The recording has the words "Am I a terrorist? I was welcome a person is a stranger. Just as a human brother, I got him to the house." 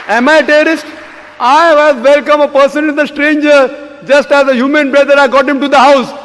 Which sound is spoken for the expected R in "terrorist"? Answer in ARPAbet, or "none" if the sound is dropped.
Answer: none